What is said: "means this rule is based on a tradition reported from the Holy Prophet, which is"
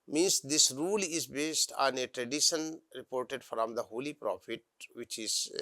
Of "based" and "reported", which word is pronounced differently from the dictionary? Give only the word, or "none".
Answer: none